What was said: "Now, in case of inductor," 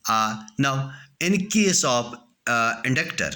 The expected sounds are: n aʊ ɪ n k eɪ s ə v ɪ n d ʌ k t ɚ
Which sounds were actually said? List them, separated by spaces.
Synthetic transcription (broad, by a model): n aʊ ɪ n k eɪ s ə p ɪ n d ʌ k t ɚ